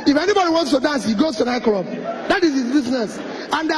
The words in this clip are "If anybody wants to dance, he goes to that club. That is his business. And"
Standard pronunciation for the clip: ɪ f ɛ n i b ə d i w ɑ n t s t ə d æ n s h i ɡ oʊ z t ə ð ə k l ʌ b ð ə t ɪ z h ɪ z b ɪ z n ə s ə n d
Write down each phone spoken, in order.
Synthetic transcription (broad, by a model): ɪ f ɛ n i b ə d i w ɑ n t s t ə d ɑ n s h i ɡ oʊ s t ə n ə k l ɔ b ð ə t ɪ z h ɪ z b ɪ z n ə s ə n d